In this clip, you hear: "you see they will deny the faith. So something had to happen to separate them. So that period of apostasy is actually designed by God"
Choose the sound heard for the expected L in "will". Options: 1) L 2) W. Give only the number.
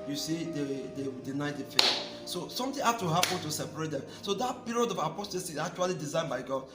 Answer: 2